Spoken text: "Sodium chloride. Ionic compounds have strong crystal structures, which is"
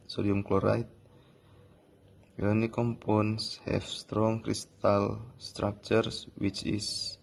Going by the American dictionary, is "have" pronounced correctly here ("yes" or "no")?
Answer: no